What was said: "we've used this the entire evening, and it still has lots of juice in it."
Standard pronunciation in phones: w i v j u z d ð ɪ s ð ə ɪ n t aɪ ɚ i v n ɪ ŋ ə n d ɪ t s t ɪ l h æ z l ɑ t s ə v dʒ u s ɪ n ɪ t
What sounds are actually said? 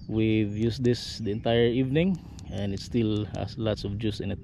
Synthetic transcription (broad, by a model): w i v j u s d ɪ s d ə ɪ n t aɪ ɚ i v n ɪ ŋ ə n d ɪ t s t ɪ l h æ s l ɑ t s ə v dʒ u s ɪ n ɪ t